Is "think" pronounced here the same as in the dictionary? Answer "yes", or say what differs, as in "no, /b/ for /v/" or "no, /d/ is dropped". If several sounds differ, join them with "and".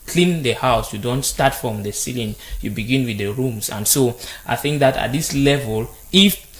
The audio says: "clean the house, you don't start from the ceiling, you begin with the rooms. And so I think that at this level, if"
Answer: yes